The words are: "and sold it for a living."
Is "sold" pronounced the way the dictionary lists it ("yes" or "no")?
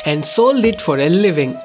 no